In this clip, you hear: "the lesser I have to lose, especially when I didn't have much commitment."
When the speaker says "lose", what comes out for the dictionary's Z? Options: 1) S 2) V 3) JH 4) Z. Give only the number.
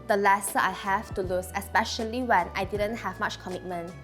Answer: 1